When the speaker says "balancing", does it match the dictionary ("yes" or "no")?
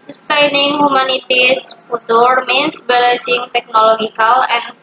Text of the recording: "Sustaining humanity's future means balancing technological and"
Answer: no